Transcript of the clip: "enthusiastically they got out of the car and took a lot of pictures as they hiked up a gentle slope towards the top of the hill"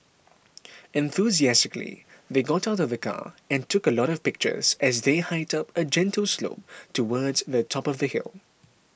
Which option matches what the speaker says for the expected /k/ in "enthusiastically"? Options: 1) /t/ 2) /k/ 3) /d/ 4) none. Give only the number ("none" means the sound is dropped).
2